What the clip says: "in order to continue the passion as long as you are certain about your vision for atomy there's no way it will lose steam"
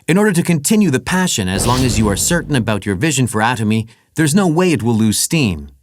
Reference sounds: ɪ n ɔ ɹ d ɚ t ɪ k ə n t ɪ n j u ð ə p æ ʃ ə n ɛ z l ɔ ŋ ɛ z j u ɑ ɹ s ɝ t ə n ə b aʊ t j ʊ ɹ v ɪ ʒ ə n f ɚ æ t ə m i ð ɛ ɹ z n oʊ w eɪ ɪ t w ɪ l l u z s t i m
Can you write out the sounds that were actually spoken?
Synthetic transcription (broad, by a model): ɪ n ɔ ɹ d ɚ t ɪ k ə n t ɪ n j u ð ə p æ ʃ ə n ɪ z l ɔ ŋ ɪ z j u ɑ ɹ s ɝ t n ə b aʊ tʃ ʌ ɹ v ɪ ʒ ə n f ɚ æ t ə m i ð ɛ ɹ z n oʊ w eɪ ɪ t w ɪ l l u z s t i m